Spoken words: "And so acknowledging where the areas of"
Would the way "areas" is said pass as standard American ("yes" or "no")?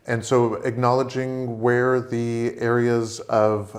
yes